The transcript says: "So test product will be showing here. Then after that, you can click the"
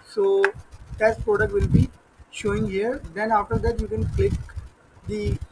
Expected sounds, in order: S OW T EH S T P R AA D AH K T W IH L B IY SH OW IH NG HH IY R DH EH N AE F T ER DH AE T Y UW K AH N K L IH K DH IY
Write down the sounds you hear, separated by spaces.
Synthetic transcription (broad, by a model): S OW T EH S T P R AA D AH K T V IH L B IY SH OW IH NG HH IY R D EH N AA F T ER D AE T Y UW K AH N K L IH K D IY